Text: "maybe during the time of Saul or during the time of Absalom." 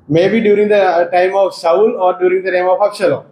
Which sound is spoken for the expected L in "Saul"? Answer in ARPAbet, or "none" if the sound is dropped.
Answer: N